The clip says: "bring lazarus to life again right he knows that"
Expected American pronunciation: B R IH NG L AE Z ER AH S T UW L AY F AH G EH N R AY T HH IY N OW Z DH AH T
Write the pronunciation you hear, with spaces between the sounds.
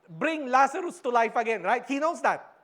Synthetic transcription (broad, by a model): B R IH NG L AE S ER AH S T UW L AY F AH G EH N R AY T HH IY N OW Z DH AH T